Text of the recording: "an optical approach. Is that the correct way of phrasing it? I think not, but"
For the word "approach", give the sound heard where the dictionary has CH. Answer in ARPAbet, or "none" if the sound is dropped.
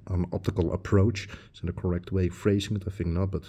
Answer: none